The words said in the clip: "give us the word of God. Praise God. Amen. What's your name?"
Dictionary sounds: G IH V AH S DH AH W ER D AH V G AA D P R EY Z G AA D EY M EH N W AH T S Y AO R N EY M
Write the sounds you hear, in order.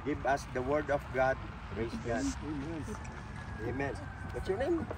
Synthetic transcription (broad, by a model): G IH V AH S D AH W ER D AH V G AA D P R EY S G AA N EY M EH N W AH T S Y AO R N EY M